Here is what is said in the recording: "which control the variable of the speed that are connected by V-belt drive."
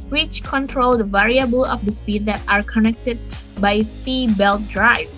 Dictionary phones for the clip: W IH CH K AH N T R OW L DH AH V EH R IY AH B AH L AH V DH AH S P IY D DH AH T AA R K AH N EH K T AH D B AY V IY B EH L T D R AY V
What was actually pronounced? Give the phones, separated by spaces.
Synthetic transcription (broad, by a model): W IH CH K AH N T R OW L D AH V EH R IY AH B AH L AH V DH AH S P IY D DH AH T AA R K AH N EH K T AH D B AY F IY B EH L T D R AY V